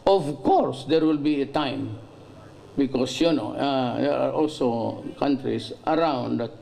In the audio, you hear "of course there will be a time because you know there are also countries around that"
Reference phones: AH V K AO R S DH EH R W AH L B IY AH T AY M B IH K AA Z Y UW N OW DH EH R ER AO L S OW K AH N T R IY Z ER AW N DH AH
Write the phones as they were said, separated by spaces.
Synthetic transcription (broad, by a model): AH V K AO R S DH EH R W AH L B IY AH T AY M B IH K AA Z Y UW N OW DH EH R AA AO L S OW K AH N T R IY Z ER AW N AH